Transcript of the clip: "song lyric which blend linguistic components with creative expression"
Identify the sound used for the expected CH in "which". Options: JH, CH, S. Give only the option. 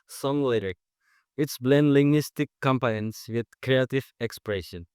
S